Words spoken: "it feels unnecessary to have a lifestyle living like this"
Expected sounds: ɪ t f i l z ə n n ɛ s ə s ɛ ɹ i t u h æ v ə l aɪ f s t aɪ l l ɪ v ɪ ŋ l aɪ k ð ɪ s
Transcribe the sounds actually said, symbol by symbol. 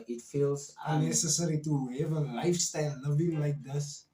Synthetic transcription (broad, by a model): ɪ t f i l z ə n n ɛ s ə s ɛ ɹ i t u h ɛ v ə l aɪ f s t aɪ l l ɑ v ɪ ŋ l aɪ k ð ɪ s